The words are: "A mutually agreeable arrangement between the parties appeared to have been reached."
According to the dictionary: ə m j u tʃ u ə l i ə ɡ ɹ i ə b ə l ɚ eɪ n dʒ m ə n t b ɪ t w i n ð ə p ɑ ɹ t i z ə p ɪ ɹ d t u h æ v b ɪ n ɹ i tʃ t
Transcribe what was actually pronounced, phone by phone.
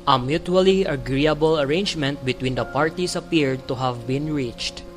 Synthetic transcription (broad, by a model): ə m j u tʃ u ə l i ə ɡ ɹ i ə b ə l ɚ eɪ n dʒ m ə n t b ɪ t w i n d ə p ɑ ɹ t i s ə p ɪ ɹ d t u h æ v b ɪ n ɹ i tʃ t